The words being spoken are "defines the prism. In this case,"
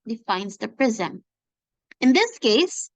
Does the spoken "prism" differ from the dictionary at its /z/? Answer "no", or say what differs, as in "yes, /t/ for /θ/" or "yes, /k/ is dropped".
no